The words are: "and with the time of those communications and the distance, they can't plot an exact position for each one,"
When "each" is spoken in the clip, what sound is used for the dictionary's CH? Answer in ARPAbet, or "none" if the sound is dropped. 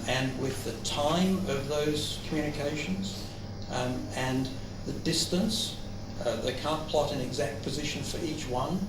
CH